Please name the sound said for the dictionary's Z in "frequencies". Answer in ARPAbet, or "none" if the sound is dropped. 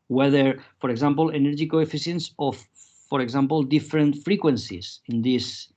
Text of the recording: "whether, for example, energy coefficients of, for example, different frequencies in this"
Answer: S